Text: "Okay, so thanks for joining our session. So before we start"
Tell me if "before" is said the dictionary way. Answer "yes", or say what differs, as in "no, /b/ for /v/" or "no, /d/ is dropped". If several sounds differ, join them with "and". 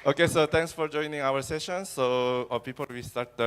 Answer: no, /p/ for /f/ and /l/ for /ɹ/